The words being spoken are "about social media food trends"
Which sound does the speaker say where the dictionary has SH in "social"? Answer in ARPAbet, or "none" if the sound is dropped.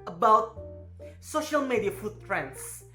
SH